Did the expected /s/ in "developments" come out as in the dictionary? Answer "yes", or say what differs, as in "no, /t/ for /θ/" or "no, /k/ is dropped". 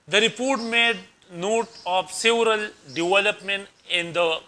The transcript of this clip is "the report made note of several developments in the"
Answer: no, /s/ is dropped